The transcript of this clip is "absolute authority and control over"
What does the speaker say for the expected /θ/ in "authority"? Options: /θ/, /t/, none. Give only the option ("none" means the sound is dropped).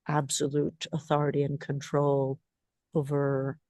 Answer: /θ/